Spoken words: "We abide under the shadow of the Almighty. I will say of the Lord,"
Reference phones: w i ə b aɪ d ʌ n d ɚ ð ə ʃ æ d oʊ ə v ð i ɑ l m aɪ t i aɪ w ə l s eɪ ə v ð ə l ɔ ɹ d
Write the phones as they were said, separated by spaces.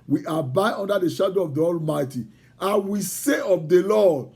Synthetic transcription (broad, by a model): w i ə b aɪ d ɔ n d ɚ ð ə ʃ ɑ d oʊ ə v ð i ɑ l m aɪ t i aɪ w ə s eɪ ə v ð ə l ɔ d